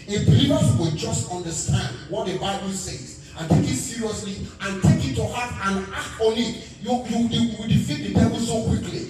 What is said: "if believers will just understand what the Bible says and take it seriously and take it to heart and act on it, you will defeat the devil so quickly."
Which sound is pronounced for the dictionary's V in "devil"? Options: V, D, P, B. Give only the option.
B